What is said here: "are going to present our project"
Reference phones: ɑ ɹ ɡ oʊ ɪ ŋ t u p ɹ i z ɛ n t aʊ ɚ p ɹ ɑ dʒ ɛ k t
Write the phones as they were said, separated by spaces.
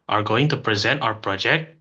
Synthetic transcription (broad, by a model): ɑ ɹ ɡ oʊ ɪ ŋ t u p ɹ i z ɛ n t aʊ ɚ p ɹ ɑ dʒ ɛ k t